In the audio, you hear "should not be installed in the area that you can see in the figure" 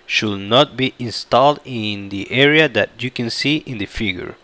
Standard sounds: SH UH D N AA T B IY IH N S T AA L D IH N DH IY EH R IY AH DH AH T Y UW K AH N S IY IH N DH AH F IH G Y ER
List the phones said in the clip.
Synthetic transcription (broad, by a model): SH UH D N AA T B IY IH N S T AA L D IH N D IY EH R IY AH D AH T Y UW K AH N S IY IH N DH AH F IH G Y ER